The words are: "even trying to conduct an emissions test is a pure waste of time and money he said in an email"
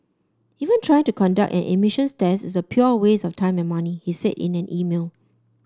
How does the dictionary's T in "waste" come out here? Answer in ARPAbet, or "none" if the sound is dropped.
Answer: none